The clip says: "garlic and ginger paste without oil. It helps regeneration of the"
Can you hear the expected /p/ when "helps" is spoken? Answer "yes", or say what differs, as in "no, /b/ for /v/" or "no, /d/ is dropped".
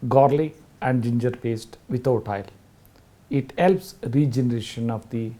yes